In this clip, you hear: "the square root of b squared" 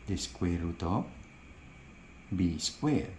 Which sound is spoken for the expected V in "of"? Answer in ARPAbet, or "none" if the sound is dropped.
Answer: P